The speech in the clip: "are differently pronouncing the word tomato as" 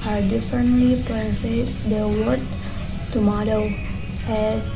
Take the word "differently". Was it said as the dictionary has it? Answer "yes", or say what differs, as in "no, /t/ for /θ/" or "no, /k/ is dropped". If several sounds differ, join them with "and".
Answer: yes